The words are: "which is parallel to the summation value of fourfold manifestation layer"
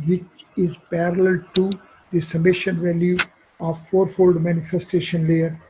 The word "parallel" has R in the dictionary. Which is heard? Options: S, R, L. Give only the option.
R